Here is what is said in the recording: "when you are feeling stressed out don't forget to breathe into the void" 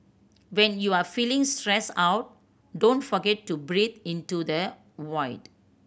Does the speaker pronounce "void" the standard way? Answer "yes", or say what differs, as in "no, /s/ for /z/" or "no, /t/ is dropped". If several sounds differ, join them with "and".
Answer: no, /w/ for /v/